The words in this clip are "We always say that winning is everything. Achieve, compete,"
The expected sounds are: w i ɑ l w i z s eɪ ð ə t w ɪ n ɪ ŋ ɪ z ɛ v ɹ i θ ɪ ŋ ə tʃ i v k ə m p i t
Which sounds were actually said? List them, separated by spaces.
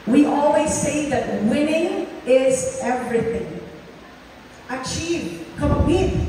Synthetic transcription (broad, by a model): w i ɑ l w i z s eɪ ð ə t w ɪ n ɪ ŋ ɪ z ɛ v ɹ i θ ɪ ŋ ə tʃ i v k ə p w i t